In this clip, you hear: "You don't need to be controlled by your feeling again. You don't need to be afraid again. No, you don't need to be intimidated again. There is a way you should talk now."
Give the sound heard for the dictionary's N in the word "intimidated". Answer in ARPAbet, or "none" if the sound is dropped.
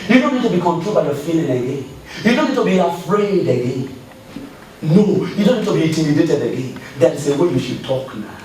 none